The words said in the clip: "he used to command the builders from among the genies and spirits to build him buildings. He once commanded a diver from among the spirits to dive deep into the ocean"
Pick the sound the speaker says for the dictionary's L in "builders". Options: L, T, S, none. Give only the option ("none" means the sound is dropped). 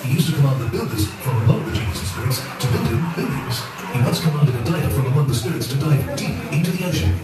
L